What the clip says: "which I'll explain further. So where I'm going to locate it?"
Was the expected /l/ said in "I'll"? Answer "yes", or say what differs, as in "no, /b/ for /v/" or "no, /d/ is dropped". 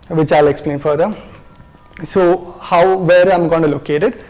yes